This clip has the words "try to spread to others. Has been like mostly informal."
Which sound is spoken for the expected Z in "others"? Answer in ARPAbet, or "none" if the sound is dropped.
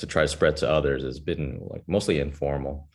Z